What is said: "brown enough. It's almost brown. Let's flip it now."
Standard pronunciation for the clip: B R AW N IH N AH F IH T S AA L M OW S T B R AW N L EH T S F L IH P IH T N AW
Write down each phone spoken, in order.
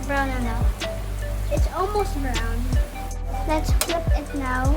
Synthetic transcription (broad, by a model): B R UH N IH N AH IH T S AA L M OW S T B R AW N L EH T S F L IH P IH T N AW